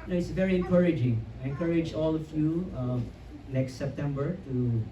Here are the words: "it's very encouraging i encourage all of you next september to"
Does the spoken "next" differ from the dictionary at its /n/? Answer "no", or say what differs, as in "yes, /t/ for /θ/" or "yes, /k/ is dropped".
yes, /l/ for /n/